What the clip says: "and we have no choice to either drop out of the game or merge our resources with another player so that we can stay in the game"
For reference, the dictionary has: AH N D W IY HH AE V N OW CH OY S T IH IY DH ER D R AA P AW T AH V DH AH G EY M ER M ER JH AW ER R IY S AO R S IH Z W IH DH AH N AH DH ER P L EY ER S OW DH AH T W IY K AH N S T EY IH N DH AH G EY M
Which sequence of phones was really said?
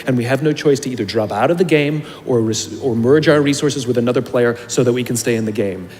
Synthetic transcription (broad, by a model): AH N W IY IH V N OW CH OY S T IH IY DH ER D R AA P AW T AH V DH AH G EY M ER M ER JH AW ER R IY S AO R S IH Z W IH DH AH N AH DH ER P L EY ER S OW DH AH T W IY K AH N S T EY IH N DH AH G EY M